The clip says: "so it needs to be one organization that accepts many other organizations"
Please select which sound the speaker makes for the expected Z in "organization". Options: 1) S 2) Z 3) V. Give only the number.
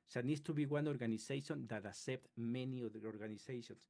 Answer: 1